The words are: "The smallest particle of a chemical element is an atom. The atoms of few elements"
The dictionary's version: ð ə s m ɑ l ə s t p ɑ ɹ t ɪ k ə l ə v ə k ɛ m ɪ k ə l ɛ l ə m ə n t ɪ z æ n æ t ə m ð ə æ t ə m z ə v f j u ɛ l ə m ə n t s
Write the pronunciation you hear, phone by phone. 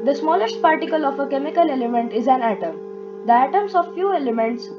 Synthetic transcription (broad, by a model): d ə s m ɑ l ə s t p ɑ ɹ t ɪ k ə l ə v ə k ɛ m ɪ k ə l ɛ l ə m ə n t ɪ z æ n æ t ə m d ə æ t ə m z ə v f j u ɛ l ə m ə n t s